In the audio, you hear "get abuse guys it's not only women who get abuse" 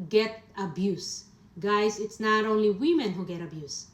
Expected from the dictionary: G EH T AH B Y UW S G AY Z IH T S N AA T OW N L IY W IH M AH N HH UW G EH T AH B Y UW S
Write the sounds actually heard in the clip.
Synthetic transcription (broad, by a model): G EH T AH B Y UW S G AY S IH T S N AA T OW N L IY W IH M AH N HH UW G EH T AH B Y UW S